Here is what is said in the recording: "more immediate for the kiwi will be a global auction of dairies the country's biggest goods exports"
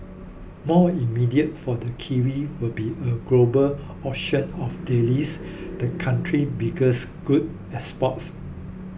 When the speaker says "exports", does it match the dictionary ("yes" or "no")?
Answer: no